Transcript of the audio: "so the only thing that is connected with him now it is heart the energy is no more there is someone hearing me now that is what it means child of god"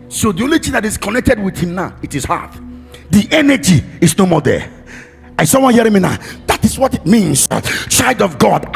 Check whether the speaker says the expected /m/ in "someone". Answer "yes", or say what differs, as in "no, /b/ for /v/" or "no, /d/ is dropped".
no, /m/ is dropped